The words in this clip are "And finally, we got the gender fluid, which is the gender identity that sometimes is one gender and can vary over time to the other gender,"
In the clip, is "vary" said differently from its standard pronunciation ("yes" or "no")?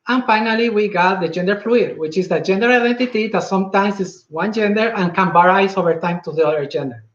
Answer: yes